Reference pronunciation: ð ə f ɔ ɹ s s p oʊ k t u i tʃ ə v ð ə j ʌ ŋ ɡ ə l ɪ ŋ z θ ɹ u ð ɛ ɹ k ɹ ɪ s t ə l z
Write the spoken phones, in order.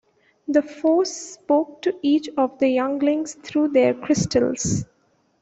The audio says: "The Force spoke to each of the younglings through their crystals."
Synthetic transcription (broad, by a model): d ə f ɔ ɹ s s p oʊ k t u i tʃ ə v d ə j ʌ ŋ ɡ l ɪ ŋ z t ɹ u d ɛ ɹ k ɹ ɪ s t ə l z